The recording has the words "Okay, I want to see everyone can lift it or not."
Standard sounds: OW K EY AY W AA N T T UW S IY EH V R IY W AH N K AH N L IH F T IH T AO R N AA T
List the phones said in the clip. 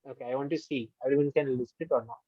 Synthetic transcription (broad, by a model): OW K EY AY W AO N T T UW S IY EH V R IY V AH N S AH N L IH P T IH T AO R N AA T